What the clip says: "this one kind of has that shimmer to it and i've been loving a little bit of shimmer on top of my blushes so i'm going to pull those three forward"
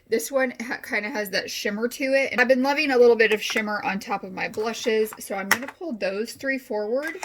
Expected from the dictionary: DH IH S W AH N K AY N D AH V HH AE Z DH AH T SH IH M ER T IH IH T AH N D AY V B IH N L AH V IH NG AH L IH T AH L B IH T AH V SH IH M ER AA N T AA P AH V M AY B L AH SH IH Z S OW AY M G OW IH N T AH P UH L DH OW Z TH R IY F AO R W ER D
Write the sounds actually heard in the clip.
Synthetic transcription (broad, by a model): DH IH S W AH N K AY N D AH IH Z DH AH T SH IH M ER T IH IH T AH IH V B IH N L AH V IH NG AH L IH T L B IH T AH V SH IH M ER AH N T AA P AH V M AY B L AH SH IH Z S OW AY M G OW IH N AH P UH L DH OW Z TH R IY F AO R W ER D